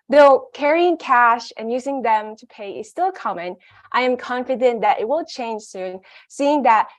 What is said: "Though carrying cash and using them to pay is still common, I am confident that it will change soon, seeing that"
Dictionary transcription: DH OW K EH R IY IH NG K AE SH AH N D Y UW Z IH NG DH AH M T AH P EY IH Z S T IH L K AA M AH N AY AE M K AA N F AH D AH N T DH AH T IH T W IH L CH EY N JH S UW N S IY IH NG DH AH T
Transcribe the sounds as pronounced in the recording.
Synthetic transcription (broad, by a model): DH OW K EH R IY IH NG K AE SH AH N Y UW Z IH NG DH AH M T AH P EY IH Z S T IH L K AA M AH N AY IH M K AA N F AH D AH N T DH AH T IH T W IH L CH EY N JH S UW N S IY IH NG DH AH T